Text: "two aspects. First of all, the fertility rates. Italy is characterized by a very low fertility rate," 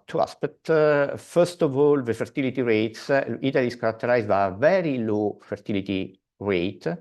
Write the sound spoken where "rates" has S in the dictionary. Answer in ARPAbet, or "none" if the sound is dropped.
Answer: S